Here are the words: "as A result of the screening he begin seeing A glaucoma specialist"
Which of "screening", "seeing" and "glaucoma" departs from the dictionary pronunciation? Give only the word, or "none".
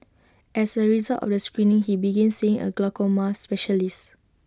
none